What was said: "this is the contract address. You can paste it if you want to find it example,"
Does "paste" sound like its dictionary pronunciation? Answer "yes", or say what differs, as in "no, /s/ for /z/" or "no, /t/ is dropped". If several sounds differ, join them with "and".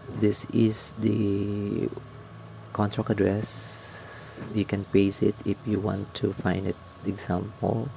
no, /t/ is dropped